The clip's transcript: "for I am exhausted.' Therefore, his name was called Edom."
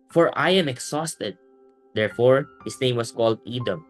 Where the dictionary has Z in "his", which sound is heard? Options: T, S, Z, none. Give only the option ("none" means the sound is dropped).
S